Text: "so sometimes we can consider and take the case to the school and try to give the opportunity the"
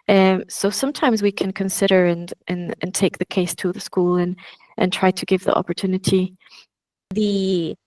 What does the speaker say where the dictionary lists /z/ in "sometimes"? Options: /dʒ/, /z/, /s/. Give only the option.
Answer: /z/